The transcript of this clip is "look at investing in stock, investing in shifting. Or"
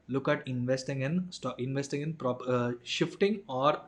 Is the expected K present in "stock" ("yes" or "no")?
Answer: no